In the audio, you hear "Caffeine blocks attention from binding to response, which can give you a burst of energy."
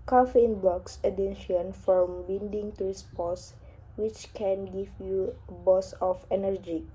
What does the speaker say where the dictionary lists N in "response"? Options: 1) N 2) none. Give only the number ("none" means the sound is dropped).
2